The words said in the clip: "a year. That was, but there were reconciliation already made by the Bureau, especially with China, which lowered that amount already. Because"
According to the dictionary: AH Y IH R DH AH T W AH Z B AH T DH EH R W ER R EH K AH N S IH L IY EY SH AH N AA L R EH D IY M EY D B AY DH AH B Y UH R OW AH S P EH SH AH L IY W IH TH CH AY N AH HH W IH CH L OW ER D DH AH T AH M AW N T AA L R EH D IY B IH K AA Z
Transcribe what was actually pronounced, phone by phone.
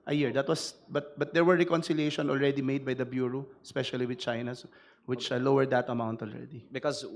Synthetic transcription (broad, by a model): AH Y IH R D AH T W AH S B AH T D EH R W ER R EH K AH N S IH L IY EY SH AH N AA L R EH D IY M EY D B AY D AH B Y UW R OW S P EH SH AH L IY W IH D CH AY N AH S W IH CH L OW ER D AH T AH M AW N T AA L R EH D IY B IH K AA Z